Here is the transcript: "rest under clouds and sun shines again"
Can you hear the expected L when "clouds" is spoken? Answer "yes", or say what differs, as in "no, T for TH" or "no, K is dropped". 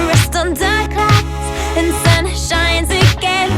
no, L is dropped